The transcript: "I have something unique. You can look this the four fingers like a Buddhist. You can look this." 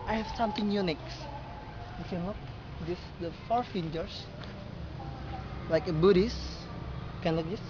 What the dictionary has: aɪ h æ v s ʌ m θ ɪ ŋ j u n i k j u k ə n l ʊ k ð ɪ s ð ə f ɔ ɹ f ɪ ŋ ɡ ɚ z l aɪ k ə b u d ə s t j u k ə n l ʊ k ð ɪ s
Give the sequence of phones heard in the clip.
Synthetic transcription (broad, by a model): aɪ h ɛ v s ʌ m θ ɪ ŋ j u n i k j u k ə n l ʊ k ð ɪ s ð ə f ɔ ɹ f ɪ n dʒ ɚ s l aɪ k ə b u d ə s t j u k ə n l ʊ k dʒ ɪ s